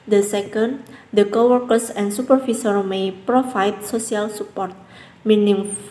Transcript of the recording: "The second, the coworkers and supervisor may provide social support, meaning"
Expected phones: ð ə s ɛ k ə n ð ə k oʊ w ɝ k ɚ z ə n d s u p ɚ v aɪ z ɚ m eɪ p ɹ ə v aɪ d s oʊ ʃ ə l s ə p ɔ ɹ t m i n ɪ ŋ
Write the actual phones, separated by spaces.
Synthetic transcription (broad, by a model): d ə s ɛ k ə n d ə k oʊ w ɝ k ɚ s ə n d s u p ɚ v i s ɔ m eɪ p ɹ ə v aɪ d s oʊ s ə l s ə p ɔ ɹ t m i n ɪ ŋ